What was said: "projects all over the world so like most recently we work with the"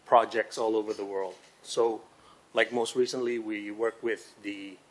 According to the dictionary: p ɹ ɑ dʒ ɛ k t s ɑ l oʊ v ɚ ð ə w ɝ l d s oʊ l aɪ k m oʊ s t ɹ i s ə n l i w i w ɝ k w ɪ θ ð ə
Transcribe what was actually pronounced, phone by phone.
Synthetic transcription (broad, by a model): p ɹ ɑ dʒ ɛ k t s ɑ l oʊ v ɚ ð ə w ɝ l d s oʊ l aɪ k m oʊ s t ɹ i s ə n l i w i w ɝ k w ɪ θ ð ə